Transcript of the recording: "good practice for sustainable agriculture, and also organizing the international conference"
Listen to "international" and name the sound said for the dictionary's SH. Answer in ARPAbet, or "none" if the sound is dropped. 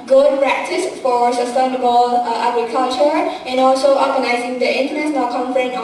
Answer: S